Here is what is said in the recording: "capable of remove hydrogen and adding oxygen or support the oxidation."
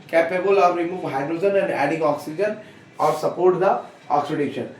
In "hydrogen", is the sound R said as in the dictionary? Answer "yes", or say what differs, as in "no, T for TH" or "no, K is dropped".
yes